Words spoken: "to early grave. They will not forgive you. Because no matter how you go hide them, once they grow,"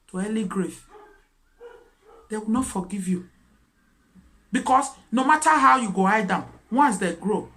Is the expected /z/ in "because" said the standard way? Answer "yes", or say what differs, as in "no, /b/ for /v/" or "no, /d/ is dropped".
no, /s/ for /z/